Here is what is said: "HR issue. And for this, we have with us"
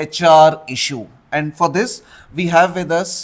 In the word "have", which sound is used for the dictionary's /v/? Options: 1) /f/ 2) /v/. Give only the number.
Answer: 2